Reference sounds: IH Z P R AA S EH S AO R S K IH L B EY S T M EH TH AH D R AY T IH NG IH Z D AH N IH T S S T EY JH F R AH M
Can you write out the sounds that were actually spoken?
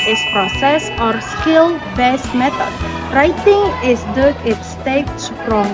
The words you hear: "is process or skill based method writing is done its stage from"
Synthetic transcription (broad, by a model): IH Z P R AA S EH S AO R S K IH L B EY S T M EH T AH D R AY T IH NG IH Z D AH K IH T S S T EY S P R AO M